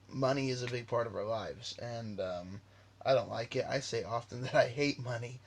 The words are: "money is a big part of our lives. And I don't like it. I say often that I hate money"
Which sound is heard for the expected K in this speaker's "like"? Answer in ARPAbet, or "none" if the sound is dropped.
K